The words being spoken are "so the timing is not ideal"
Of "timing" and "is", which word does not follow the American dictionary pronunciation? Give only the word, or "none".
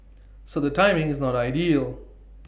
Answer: none